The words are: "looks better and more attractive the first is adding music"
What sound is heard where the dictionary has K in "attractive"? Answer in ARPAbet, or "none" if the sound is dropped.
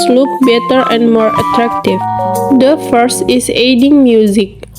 K